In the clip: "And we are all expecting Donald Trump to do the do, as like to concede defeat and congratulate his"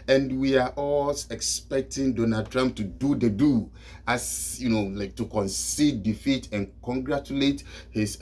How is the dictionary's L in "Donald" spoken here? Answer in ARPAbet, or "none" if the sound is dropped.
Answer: none